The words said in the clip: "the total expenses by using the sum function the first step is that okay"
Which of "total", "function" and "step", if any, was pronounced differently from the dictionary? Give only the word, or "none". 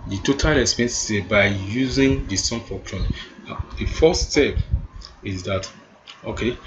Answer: function